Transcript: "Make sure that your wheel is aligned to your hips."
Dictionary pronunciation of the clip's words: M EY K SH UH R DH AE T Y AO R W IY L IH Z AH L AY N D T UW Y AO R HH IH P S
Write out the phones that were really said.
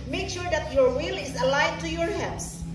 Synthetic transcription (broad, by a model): M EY K SH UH R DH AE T Y AO R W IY L IH Z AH L AY D T UW Y AO R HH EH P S